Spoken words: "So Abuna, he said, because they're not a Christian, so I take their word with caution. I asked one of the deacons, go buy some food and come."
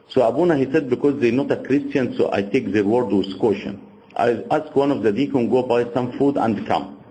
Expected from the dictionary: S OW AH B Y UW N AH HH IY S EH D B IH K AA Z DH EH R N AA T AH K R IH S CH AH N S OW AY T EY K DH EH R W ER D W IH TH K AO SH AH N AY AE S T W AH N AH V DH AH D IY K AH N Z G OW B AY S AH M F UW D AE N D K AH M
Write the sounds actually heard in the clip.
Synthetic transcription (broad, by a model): S OW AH B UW N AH HH IY S EH D B IH K AA Z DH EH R N AA T AH K R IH S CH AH N S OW AY T EY K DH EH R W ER D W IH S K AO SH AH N AY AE S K W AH N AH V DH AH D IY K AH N G OW B AY S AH M F UW D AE N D K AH M